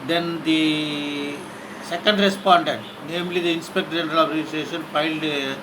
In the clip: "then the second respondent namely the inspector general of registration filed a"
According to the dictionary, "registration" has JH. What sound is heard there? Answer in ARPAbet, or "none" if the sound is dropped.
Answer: none